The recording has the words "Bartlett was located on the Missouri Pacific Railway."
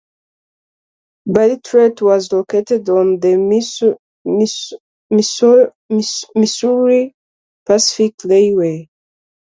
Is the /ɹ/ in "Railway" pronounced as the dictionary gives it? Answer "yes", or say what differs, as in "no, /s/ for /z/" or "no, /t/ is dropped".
no, /l/ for /ɹ/